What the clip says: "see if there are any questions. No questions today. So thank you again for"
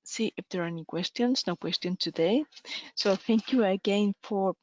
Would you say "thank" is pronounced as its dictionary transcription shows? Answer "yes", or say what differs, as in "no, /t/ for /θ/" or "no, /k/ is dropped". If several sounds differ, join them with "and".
yes